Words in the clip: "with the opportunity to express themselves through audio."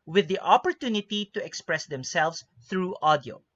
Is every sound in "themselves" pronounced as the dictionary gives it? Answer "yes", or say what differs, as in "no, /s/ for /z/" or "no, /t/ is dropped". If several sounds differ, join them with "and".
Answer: no, /s/ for /z/